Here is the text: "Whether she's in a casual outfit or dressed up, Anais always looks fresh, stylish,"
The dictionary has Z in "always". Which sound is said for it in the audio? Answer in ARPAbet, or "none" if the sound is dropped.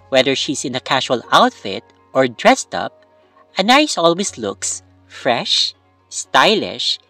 S